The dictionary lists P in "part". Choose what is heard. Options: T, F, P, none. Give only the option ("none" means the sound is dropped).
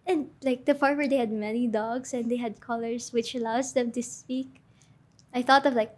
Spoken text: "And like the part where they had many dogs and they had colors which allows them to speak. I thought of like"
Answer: F